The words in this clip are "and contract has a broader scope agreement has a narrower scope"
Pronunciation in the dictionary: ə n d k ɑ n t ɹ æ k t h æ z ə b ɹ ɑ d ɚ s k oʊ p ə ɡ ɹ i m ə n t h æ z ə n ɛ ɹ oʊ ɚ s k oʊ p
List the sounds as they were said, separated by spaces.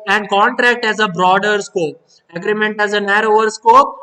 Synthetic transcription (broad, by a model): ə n d k ɑ n t ɹ æ k t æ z ə b ɹ ɑ d ɚ s k oʊ p ə ɡ ɹ i m ə n t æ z ə n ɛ ɹ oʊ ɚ s k oʊ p